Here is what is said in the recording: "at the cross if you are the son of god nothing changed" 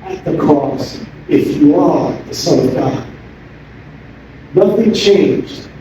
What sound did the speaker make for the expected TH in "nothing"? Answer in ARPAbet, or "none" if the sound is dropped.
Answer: TH